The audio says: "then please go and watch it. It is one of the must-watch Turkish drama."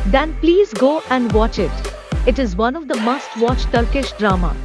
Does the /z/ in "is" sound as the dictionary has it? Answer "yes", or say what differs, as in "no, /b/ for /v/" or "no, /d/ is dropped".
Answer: yes